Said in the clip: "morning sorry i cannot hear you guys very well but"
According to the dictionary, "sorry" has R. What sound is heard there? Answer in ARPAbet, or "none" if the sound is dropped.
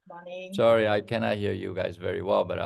none